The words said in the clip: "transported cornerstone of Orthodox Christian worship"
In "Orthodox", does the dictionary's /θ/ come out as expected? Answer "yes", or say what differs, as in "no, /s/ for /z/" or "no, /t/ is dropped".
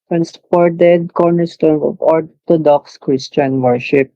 no, /t/ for /θ/